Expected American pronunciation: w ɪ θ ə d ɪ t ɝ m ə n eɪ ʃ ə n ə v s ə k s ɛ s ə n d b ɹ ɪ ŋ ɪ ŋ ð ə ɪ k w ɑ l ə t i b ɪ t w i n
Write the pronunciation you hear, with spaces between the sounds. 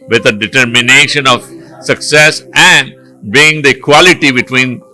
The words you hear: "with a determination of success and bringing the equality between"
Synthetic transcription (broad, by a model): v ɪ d ə d ɪ t ɝ m ə n eɪ ʃ ə n ə v s ə k s ɛ s ə n d b ɪ ɪ ŋ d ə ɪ k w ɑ l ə t i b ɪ t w i n